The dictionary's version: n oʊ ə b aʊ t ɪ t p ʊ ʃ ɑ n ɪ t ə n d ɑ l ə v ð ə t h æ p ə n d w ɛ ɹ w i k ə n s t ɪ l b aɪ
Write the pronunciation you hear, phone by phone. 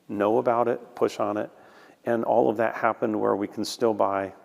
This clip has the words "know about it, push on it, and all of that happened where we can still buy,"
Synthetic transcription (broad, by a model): n oʊ ə b aʊ t ɪ t p ʊ ʃ n ɪ t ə n ɑ l ə v ð ə t h æ p ə n d w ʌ ɹ w i k n s t ɪ l b aɪ